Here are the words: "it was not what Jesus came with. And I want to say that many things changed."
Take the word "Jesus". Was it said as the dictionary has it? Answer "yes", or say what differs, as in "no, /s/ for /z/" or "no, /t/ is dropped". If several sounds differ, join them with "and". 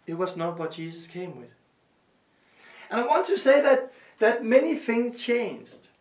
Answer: no, /s/ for /z/